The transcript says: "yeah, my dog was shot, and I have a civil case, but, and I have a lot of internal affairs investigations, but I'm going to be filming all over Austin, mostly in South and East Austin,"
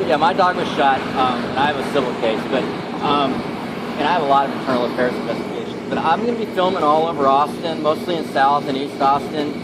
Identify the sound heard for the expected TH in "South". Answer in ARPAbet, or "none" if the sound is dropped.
TH